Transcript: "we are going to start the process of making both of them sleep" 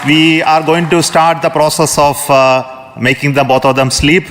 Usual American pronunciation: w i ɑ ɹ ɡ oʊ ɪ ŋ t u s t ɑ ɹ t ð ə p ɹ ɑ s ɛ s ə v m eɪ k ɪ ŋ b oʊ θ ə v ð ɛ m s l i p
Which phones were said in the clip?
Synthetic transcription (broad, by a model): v i ɑ ɹ ɡ oʊ ɪ ŋ t u s t ɑ ɹ t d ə p ɹ ɑ s ɛ s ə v m eɪ k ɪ ŋ b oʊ t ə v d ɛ m s l i p